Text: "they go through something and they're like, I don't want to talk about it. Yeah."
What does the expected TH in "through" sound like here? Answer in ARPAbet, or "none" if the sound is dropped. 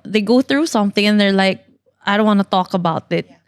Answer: TH